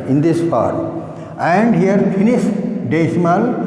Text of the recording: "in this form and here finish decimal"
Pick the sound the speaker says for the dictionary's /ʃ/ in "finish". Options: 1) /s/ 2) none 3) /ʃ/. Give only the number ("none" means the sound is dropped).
1